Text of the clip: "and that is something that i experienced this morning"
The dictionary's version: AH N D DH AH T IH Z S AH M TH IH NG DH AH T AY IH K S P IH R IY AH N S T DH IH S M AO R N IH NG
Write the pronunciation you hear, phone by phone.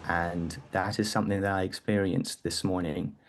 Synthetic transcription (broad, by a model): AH N DH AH T IH Z S AH M TH IH NG DH AH T AY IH K S P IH R IY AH N S DH IH S M AO R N IH NG